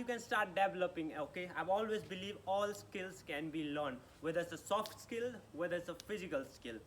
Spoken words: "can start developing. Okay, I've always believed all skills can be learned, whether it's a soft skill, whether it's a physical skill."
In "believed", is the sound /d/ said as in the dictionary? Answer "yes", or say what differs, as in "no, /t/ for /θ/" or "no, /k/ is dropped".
no, /d/ is dropped